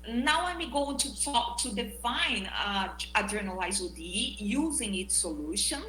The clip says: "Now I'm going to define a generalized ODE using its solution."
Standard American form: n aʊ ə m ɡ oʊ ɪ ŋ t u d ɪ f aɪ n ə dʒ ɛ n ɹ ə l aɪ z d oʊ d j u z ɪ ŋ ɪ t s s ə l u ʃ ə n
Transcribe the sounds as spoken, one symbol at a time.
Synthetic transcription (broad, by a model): n aʊ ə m ɡ oʊ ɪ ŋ t u d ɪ f aɪ n ə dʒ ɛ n ə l aɪ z oʊ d j u z ɪ ŋ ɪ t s s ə l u ʃ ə n